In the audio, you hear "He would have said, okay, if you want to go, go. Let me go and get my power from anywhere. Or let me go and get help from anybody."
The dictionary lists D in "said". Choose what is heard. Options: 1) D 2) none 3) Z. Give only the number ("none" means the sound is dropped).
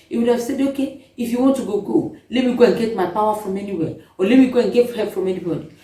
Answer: 1